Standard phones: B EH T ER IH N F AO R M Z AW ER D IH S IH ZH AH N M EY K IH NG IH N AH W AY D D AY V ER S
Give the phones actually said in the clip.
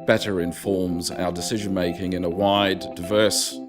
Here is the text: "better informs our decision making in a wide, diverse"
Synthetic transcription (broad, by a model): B EH T ER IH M F AO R M Z AW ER D IH S IH ZH AH N M EY K IH NG IH N AH W AY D D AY V ER S